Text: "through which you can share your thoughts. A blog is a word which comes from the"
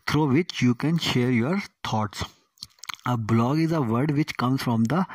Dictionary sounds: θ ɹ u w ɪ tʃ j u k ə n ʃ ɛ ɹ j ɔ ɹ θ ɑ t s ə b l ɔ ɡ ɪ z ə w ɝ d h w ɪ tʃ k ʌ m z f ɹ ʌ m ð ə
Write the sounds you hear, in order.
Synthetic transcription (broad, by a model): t ɹ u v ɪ tʃ j u k ə n ʃ ɛ ɹ j ɔ ɹ t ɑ t s ə b l ɔ ɡ ɪ z ə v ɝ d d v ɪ tʃ k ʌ m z f ɹ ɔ m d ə